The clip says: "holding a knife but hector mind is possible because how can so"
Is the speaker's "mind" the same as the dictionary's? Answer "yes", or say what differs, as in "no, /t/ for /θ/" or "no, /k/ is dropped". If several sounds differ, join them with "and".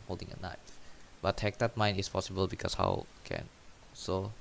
no, /d/ is dropped